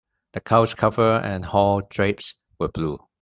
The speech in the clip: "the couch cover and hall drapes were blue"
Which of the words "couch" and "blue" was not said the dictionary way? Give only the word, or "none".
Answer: couch